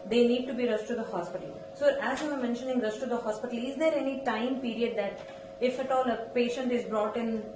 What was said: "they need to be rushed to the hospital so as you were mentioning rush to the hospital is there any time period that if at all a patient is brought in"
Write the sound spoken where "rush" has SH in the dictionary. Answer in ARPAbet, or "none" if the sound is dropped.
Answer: S